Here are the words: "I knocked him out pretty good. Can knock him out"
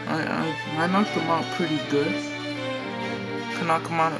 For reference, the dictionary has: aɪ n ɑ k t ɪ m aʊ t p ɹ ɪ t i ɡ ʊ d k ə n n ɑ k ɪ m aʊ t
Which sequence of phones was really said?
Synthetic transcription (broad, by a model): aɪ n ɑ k ɪ m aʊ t p ɹ ɪ t i ɡ ʊ d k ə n n ɑ k ɪ m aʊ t